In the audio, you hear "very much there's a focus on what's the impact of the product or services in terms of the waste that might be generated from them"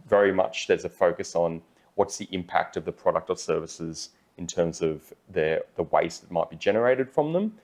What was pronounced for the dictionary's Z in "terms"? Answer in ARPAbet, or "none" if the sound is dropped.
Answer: Z